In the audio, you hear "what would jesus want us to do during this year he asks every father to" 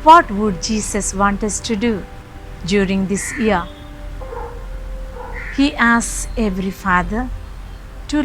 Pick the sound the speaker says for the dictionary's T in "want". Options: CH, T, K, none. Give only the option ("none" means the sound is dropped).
T